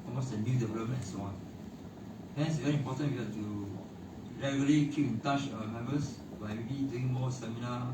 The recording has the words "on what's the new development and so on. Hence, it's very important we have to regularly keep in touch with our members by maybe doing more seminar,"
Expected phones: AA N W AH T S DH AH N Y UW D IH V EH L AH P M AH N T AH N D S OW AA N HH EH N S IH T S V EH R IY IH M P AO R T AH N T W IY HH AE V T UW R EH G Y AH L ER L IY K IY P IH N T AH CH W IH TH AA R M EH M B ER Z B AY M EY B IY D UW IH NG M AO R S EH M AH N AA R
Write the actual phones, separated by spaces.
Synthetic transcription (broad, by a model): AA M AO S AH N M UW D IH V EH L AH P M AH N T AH N S OW AA N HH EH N IH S V EH R IY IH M P AO T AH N W IY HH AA T UW R EH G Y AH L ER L IY K IY P IH N T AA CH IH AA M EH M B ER S B AY M EY B IY D UW IH NG M AO S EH M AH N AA